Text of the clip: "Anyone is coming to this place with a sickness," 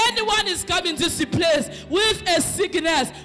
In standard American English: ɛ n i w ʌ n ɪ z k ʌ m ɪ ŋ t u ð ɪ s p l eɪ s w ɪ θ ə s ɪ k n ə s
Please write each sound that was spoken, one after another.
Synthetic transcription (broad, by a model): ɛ n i w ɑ n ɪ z k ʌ m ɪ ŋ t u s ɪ p l eɪ s w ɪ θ ə s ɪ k n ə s